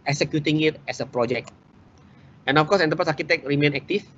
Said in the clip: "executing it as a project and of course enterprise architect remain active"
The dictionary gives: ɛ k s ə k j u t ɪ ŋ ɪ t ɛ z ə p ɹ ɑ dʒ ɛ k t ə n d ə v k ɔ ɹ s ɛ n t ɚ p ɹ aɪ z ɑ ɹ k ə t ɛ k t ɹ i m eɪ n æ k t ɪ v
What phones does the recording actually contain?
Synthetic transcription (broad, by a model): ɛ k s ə k j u t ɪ ŋ ɪ t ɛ s ə p ɹ ɑ dʒ ɛ k t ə n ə f k ɔ s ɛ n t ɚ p aɪ s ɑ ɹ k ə t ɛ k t ɹ i m eɪ n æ k t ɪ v